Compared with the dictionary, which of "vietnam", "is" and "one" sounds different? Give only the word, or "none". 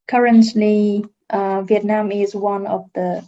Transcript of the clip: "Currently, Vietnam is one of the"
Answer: none